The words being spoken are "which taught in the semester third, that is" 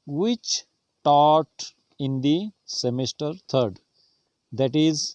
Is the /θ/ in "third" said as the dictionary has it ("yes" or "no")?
no